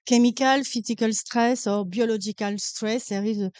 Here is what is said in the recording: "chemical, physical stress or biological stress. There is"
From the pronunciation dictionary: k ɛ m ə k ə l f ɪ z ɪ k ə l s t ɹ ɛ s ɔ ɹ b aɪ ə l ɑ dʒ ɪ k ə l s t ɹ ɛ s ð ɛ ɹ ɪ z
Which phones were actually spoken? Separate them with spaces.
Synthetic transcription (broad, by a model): k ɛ m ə k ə l f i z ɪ k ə l s t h ɛ s ɔ ɹ b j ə l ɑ ʒ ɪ k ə l s t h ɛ s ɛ ɹ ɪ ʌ